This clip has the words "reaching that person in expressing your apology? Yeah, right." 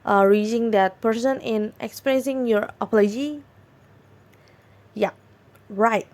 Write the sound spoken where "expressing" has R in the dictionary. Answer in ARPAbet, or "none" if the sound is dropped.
R